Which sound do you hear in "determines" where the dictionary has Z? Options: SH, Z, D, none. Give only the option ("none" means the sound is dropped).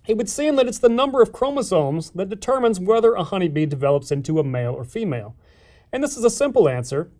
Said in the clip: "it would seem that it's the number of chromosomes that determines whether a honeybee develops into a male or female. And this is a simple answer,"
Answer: Z